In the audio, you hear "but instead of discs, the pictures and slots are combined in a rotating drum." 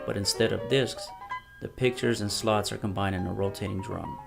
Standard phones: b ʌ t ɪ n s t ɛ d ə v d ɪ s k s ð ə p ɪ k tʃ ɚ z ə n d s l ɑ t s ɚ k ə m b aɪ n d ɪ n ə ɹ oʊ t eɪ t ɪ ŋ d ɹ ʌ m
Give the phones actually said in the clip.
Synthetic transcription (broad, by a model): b ʌ t ɪ n s t ɛ d ə v d ɪ s k s ð ə p ɪ k tʃ ɚ z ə n s l ɑ t s ɚ k ə m b aɪ n d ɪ n ə ɹ oʊ t eɪ t ɪ ŋ d ɹ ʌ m